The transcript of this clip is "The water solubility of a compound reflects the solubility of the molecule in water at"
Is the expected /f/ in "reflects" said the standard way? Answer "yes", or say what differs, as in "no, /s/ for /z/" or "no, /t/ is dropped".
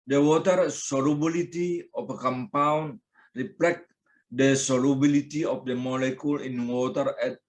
no, /p/ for /f/